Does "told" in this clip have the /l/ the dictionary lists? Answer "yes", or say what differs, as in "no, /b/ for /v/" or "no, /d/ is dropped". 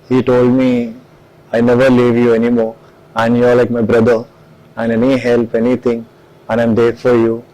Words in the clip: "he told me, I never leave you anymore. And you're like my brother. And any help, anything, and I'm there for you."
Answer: yes